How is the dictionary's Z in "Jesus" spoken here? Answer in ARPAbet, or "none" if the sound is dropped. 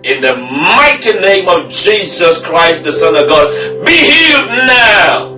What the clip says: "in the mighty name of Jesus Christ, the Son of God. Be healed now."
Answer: Z